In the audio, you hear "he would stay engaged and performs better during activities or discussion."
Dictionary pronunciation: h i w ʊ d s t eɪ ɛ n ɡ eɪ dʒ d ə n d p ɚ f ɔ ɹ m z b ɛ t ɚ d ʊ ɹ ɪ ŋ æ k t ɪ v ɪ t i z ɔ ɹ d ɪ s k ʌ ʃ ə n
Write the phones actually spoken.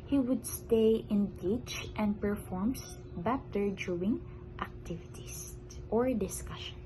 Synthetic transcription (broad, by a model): h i w ʊ d s t eɪ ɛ n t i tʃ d ə n d p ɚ f ɔ ɹ m s b ɛ t ɚ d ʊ ɪ ŋ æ k t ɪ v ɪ t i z ɔ ɹ d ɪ s k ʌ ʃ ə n